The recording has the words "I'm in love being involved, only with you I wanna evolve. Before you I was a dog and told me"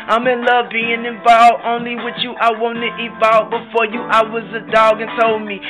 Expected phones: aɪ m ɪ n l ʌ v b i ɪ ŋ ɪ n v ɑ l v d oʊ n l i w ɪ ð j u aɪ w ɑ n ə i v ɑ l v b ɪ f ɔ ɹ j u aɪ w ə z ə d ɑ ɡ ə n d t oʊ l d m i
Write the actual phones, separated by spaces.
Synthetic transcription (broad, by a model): aɪ m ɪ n l ʌ v b i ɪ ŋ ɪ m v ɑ l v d oʊ n l i w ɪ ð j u aɪ w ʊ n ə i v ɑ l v b ɪ f ɔ ɹ j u aɪ w ə z ə d ɑ ɡ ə n t oʊ l d m i